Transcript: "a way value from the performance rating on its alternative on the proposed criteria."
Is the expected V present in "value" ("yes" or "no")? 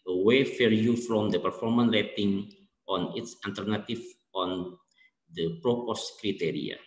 no